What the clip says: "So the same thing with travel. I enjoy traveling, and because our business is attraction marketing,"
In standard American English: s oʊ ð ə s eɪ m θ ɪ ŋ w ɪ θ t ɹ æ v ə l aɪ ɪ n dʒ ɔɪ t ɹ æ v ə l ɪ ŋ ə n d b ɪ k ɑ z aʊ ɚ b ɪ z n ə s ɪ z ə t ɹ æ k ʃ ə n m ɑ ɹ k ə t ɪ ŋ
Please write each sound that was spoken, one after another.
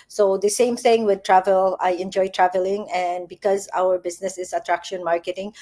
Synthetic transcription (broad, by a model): s oʊ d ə s eɪ m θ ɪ ŋ w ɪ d t ɹ æ v ə l aɪ ɪ n dʒ ɔɪ t ɹ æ v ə l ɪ ŋ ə n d b ɪ k ɑ z aʊ ɚ b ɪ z n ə s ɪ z ə t ɹ æ k ʃ ə n m ɑ ɹ k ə t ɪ ŋ